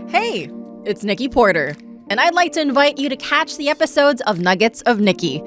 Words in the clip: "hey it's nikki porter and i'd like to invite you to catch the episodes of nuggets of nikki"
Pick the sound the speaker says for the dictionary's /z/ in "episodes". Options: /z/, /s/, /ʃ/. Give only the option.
/z/